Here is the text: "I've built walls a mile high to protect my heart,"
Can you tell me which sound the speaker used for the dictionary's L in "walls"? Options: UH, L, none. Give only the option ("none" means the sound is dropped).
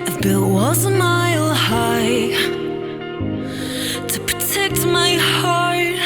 none